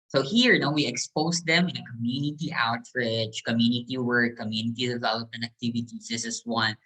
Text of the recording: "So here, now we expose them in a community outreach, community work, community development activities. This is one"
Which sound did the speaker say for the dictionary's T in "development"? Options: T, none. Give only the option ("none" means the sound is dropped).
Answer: none